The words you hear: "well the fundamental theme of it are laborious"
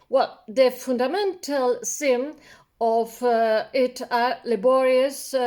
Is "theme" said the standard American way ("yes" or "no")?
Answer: no